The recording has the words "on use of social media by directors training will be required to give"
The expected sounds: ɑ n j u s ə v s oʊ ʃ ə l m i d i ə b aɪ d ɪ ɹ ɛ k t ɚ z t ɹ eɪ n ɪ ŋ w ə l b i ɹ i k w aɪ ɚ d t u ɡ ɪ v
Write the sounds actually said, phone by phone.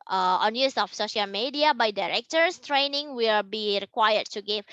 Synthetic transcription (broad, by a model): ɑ n j u s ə f s oʊ ʃ ə l m i d i ə b aɪ d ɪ ɹ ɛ k t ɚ s t ɹ eɪ n ɪ ŋ w ə l b i ɹ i k w aɪ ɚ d t u ɡ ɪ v